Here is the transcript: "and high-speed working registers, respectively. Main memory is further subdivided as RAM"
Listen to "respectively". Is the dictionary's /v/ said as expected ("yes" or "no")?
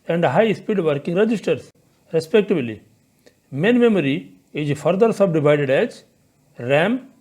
no